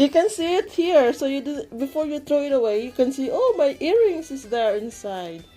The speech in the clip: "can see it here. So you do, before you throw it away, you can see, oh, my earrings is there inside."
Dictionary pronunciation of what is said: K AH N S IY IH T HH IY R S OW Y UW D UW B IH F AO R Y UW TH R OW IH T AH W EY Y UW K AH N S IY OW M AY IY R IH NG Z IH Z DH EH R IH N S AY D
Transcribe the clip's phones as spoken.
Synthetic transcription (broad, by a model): K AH N S IY IH T HH IY R S OW Y UW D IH B IH F AO R Y UW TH R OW IH T AH W EY Y UW K AH N S IY OW M AY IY R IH NG S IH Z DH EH R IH N S AY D